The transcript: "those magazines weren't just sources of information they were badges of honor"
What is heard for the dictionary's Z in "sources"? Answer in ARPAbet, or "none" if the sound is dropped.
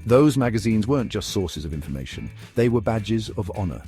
Z